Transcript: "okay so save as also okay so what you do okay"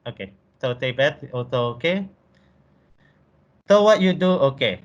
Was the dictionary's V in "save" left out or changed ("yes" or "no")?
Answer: yes